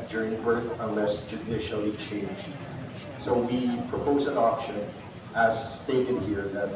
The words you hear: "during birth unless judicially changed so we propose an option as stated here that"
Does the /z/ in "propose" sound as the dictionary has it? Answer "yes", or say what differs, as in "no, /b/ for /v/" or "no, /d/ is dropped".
yes